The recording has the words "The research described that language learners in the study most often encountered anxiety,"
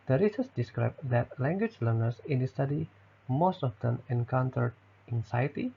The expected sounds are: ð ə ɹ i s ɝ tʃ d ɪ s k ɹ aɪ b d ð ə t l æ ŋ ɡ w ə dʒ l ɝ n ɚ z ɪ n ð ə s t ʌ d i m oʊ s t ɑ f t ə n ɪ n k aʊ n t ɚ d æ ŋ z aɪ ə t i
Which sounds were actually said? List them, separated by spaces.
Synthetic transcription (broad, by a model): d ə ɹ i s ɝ s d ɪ s k ɹ aɪ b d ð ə t l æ ŋ ɡ w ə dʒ l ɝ n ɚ s ɪ n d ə s t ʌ d i m oʊ s t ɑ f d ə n ɪ n k aʊ n t ɚ d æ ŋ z aɪ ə t i